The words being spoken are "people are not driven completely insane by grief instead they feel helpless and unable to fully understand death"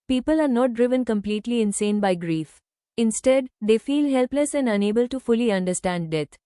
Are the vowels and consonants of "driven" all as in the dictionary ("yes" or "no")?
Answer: yes